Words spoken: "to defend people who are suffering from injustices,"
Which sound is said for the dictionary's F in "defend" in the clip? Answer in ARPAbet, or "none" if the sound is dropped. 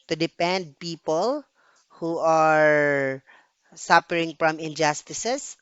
P